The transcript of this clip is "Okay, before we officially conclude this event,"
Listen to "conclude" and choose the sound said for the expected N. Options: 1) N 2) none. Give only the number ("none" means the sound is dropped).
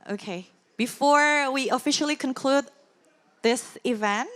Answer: 1